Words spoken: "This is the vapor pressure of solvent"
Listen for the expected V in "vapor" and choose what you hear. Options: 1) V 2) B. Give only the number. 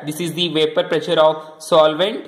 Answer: 1